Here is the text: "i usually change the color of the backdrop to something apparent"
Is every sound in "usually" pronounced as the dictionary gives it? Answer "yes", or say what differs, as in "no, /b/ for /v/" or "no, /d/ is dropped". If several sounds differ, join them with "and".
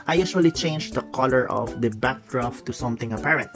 no, /s/ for /ʒ/